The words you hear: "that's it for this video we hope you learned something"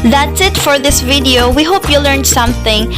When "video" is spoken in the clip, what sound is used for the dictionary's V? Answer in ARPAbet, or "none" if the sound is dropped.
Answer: V